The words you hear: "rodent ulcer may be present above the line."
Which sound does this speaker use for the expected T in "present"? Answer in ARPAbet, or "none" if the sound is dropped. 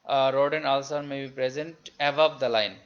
T